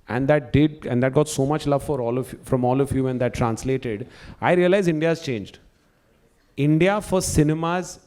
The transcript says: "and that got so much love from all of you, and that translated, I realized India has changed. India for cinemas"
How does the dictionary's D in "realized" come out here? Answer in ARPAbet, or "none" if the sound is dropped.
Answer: none